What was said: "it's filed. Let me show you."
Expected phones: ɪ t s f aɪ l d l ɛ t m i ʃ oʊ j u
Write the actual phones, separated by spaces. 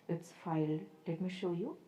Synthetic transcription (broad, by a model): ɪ t s f aɪ l l ɛ t m i ʃ oʊ j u